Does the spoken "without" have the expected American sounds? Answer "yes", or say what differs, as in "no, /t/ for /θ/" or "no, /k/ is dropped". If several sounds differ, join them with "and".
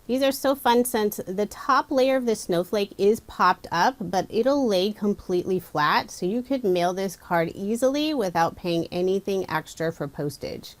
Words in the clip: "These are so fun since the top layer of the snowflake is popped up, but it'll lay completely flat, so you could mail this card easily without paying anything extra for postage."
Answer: yes